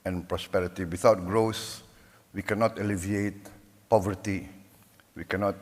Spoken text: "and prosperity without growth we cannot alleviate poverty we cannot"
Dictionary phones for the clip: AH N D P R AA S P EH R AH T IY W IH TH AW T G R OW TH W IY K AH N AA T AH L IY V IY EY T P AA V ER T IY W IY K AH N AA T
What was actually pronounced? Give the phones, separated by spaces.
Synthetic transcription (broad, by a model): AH N P R AA S P EH R AH T IY W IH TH AW T G R OW S W IY K AH N AA T AH L IY V IY EY T P AA V ER T IY W IY K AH N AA T